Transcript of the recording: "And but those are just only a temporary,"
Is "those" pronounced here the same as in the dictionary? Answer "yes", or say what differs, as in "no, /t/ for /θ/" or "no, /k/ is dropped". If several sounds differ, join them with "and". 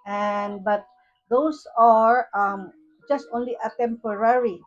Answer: no, /s/ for /z/